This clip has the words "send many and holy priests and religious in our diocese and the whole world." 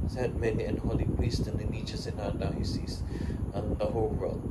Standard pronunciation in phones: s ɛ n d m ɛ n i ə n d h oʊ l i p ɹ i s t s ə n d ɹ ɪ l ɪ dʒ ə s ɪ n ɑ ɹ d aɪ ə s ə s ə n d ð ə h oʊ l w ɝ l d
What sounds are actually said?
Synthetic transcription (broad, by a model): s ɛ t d m ɛ n i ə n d h oʊ l i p ɹ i s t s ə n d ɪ n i tʃ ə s ɪ n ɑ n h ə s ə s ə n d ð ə h oʊ l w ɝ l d